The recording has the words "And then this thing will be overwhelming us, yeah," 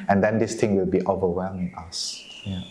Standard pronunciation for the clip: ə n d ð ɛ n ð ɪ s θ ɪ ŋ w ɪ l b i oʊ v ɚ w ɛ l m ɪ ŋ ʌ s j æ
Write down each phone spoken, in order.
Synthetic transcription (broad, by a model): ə n d ɛ n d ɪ s t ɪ ŋ w ɪ l b i oʊ v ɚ w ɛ l m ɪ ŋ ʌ s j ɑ